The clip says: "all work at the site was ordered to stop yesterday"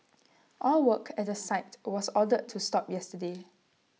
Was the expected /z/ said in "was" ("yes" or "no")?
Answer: no